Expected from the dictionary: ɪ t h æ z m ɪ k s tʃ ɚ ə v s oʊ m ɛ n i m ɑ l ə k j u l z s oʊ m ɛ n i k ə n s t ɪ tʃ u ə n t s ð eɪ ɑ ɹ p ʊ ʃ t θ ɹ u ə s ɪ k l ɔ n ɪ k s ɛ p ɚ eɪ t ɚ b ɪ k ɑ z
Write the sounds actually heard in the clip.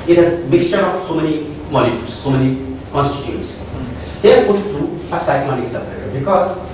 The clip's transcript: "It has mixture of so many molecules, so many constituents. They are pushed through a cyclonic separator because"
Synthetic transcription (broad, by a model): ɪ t h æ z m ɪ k s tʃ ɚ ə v s oʊ m ɛ n i m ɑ n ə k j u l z s oʊ m ɛ n i k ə n s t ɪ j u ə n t s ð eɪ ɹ p ʊ ʃ t t ɹ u ə s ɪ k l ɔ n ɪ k s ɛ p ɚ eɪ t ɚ b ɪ k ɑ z